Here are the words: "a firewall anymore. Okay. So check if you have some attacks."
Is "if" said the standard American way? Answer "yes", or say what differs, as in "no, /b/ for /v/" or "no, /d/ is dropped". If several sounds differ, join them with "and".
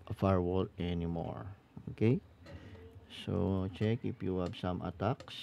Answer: no, /p/ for /f/